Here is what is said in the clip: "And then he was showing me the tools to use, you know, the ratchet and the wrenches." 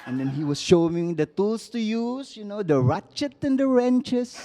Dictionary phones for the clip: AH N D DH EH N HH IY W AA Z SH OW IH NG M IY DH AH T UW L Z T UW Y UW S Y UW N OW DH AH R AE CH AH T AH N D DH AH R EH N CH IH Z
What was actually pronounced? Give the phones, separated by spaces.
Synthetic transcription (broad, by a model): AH N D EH N HH IY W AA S SH OW IH NG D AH T UW L S T UW Y UW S Y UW N OW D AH R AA CH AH T AH N D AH R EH N CH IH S